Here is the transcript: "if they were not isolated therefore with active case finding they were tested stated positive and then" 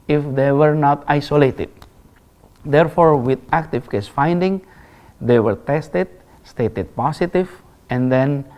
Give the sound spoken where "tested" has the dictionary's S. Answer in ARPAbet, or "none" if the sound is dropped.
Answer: S